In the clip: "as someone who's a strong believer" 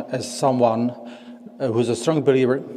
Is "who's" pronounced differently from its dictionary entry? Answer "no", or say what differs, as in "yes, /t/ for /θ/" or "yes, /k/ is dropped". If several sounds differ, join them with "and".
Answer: no